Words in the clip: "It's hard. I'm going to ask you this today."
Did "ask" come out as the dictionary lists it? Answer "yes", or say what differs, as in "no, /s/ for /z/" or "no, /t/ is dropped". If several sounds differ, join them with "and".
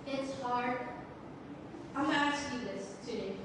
no, /s/ is dropped